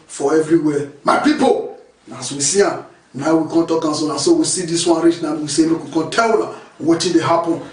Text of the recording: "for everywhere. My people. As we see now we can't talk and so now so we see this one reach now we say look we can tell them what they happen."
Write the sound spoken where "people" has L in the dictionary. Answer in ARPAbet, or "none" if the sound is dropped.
N